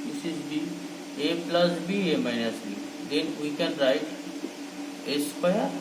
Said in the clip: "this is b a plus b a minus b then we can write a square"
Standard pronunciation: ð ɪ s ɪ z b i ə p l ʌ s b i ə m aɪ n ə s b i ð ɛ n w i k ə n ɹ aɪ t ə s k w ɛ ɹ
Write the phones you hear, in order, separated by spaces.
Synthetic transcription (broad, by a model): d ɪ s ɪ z b i ə p l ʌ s b i ə m aɪ n ə s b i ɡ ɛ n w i k ə n ɹ aɪ t ə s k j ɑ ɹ